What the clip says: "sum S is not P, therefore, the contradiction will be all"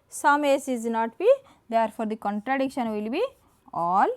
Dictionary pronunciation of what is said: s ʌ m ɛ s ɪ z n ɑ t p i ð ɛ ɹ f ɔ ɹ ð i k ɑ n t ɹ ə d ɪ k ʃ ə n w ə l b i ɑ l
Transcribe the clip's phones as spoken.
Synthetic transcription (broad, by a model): s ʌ m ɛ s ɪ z n ɑ t b i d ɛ ɹ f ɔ ɹ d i k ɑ n t ɹ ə d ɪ k ʃ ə n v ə l b i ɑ l